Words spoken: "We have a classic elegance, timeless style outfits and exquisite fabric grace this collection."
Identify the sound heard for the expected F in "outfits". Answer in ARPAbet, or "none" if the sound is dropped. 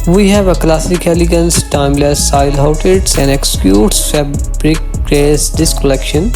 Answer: none